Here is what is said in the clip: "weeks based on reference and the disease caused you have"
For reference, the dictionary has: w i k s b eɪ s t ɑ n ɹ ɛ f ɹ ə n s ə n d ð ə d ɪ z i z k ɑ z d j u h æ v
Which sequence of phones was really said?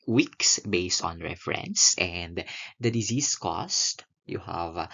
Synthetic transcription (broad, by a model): w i k s b eɪ s t ɑ n ɹ ɛ f ɹ ə n s ə n d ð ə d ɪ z i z k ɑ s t j u h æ v